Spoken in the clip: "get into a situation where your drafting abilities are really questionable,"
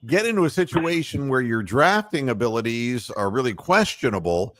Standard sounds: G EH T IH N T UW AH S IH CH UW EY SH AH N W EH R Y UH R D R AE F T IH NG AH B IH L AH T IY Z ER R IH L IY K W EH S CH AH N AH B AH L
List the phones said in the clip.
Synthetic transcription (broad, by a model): G EH T IH N T UW AH S IH CH UW EY SH AH N W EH R Y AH R D R AE F T IH NG AH B IH L AH T IY Z ER R IH L IY K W EH S CH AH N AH B L